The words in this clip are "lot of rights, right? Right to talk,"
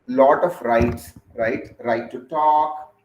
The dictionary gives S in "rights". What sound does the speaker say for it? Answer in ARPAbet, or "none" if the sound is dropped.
S